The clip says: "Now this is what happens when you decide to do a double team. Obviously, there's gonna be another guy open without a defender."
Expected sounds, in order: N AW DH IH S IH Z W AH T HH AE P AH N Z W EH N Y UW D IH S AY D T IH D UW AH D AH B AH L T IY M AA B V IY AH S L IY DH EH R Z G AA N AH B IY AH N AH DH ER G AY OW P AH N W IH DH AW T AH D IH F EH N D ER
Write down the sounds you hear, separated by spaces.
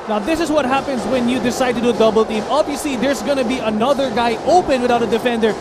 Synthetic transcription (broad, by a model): N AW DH IH S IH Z W AH T HH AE P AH N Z W EH N Y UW D IH S AY D T IH D UW D AH B AH L T IY M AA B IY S IY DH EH R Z G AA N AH B IY AH N AH DH ER G AY OW P AH N W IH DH AW T AH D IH F EH N D ER